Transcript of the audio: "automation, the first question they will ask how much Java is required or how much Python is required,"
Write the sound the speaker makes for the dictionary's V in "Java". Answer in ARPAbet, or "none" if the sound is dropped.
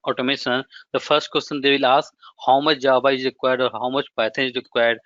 B